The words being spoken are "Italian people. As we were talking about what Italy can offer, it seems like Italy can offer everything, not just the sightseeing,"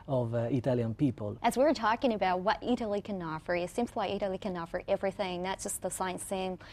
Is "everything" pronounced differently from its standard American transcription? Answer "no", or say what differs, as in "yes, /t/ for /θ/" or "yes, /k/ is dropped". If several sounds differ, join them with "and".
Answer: no